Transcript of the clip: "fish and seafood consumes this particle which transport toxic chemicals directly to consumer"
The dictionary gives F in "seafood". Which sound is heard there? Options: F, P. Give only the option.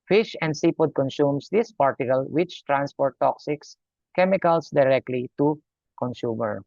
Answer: P